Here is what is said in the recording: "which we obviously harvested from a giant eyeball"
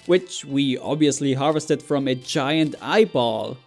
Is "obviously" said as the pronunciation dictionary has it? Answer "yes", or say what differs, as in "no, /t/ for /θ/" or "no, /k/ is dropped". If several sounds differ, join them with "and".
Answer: yes